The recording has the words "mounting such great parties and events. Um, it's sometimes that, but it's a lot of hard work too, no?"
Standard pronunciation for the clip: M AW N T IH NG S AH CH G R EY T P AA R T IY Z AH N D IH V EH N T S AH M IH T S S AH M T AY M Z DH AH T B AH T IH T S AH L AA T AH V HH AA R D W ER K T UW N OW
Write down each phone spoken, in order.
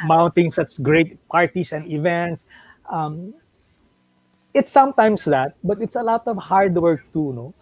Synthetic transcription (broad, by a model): M AW N T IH NG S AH S G R EY T P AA R T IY S AH N D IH V EH N T S AH M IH T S S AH M T AY M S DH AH T B AH T IH T S AH L AA T AH V HH AA R D W ER K T UW N OW